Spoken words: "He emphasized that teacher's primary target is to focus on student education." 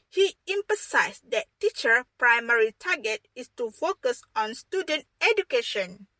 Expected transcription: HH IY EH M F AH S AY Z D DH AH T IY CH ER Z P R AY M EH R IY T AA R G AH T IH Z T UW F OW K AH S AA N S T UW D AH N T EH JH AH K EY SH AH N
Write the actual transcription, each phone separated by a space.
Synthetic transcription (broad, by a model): HH IY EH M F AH S AY S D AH T IY CH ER P R AY M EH R IY T AA G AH T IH S T UW F OW K AH S AA N S T UW D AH N T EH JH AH K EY SH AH N